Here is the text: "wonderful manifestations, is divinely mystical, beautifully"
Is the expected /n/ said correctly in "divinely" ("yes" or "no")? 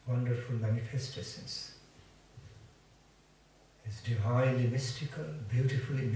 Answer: no